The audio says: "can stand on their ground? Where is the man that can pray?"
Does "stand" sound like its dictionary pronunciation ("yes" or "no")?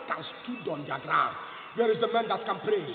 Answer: no